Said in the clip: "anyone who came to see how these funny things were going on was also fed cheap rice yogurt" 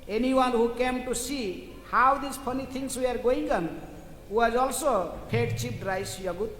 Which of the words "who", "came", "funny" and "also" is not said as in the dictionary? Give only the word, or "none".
funny